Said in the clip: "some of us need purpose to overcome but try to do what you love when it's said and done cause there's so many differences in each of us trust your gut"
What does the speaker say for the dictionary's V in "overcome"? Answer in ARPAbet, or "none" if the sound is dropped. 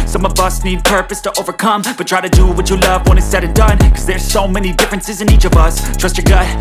V